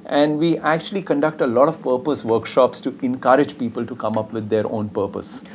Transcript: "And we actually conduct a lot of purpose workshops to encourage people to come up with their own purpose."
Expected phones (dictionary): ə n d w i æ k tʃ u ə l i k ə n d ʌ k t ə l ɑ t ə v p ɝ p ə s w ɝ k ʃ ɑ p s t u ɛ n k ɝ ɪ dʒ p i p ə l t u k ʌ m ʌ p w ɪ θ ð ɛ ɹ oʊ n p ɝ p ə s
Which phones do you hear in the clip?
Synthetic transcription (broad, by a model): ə n d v i æ k tʃ u ə l i k ə n d ʌ k t ə l ɑ t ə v p ɝ p ə s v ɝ k ʃ ɑ p s t u ɛ n k ɝ ɪ dʒ p i p ə l t u k ʌ m ʌ p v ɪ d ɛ ɹ oʊ n p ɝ p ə s